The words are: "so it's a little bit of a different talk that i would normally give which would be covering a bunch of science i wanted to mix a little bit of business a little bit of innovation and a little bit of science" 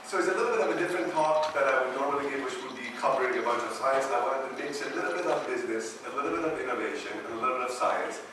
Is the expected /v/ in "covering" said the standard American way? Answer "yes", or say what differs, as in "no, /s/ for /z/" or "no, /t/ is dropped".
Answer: no, /p/ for /v/